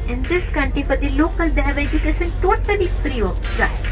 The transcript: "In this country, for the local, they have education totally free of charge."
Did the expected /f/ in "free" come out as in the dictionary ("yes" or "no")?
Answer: no